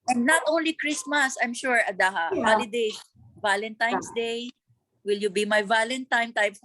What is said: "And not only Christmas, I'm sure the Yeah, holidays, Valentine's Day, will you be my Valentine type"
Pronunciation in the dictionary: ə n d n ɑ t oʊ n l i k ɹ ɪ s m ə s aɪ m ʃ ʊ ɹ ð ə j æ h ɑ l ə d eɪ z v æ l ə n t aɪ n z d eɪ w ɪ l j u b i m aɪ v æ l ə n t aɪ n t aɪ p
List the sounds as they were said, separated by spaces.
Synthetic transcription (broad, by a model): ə n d n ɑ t oʊ n l i k ɹ ɪ s m ə s aɪ m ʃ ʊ ɹ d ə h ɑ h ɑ l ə d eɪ s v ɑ l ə n t aɪ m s d eɪ w ɪ l j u b i m aɪ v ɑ l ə n t aɪ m t aɪ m